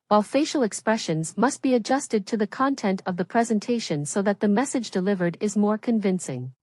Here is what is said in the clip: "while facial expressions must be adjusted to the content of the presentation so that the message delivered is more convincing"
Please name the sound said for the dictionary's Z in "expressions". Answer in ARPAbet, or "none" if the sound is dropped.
Z